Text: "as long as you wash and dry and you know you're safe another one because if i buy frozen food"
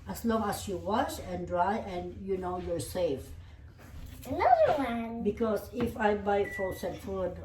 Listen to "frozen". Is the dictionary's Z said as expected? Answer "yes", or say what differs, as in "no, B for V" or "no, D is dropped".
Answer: no, S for Z